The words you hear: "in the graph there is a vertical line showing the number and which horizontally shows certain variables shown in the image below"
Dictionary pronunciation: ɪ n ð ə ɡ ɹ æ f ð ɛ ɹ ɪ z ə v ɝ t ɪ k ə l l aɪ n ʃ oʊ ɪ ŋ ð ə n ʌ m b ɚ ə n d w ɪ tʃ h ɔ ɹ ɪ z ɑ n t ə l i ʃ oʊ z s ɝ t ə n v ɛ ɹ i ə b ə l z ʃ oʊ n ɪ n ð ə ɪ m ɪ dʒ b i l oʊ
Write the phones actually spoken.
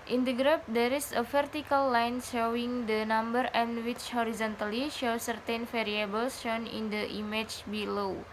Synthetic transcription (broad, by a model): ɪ n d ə ɡ ɹ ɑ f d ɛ ɹ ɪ s ə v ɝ t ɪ k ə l l aɪ n ʃ oʊ ɪ ŋ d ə n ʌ m b ɚ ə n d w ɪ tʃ h ɔ ɹ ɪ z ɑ n t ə l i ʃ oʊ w s ɝ t ə n f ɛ ɹ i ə b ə l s ʃ oʊ n ɪ n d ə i m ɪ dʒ b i l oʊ